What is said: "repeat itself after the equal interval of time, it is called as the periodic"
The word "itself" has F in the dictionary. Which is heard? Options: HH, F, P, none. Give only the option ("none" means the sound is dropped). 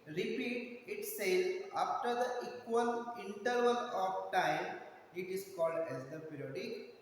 none